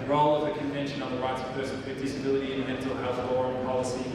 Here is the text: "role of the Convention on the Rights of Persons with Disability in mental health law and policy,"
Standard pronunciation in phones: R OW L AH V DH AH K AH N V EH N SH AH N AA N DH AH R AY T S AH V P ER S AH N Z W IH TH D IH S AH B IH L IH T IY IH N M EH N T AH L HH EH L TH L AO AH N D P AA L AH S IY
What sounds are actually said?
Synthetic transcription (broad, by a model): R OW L AH V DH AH K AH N V EH N SH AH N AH N DH AH R AY T S AH V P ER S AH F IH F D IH S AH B IH L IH T IY IH N M EH N T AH L HH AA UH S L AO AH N P AA L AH S IY